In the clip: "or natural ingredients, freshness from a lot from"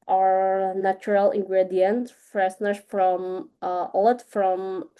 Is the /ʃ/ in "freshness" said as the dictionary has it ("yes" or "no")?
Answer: no